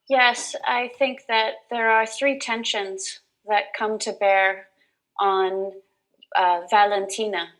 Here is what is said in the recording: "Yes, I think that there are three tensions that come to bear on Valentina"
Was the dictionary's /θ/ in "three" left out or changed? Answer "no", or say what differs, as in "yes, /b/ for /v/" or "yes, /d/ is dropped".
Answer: no